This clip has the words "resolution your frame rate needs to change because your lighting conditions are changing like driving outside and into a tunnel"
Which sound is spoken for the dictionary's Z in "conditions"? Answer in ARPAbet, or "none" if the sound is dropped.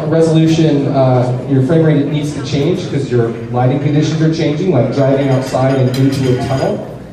Z